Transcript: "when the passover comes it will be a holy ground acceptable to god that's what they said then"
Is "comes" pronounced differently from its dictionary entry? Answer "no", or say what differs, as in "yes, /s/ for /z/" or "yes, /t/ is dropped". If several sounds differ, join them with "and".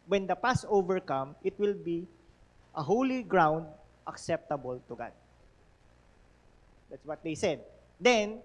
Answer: yes, /z/ is dropped